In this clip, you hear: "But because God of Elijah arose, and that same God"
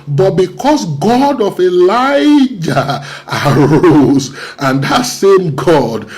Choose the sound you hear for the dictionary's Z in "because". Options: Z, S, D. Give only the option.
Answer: S